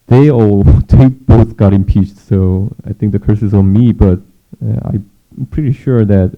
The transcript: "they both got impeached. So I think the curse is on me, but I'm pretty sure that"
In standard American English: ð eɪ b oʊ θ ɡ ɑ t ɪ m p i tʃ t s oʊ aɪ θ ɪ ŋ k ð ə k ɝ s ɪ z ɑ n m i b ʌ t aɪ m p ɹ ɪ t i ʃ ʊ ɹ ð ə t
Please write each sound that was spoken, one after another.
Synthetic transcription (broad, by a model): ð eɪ b oʊ θ ɡ ɑ t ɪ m p i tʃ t s oʊ aɪ θ ɪ ŋ k ð ə k ɝ s ɪ z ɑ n m i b ʌ t aɪ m p ɹ ɪ t i ʃ ʊ ɹ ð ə t